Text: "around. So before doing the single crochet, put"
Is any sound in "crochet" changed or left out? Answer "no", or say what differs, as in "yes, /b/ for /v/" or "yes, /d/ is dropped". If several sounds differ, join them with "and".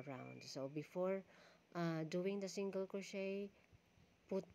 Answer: yes, /ɹ/ is dropped